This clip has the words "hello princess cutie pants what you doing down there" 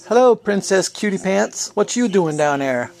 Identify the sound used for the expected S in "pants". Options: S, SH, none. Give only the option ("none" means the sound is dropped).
S